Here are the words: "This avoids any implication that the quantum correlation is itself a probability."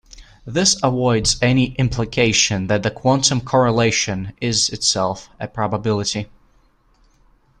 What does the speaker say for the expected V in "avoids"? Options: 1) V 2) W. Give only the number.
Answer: 2